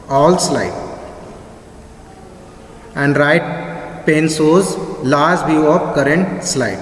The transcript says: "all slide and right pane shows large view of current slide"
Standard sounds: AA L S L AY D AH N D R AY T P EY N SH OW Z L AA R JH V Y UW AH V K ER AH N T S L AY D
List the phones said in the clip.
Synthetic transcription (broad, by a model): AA L S L AY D AH N D R AY T P EY N S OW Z L AA R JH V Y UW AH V K ER AH N T S L AY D